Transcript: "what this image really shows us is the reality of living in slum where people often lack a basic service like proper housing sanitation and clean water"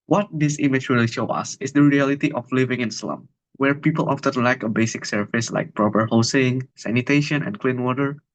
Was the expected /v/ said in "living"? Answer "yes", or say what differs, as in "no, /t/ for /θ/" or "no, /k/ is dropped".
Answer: yes